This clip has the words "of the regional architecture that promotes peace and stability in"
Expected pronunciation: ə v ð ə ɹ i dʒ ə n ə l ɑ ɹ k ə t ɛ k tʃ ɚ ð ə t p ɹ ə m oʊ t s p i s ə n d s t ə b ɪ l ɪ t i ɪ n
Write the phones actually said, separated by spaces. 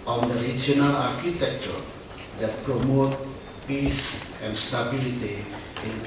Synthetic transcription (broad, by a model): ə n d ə ɹ i dʒ ə n ə l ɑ ɹ k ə t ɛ k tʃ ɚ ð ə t p ɹ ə m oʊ t p i s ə n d s t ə b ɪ l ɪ t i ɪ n